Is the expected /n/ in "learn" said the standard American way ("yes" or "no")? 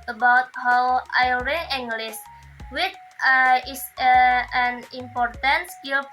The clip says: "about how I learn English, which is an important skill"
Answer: no